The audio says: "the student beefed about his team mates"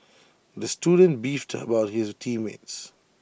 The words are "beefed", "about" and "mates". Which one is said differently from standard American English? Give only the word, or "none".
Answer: none